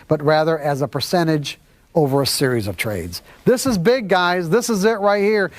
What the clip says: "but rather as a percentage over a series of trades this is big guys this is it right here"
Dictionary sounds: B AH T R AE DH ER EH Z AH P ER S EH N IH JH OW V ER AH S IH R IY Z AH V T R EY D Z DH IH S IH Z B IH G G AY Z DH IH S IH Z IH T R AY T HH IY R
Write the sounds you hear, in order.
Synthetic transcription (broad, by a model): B AH T R AE DH ER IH Z AH P ER S EH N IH JH OW V ER AH S IH R IY Z AH V T R EY D Z DH IH S IH Z B IH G G AY Z DH IH S IH Z IH T R AY T HH IY R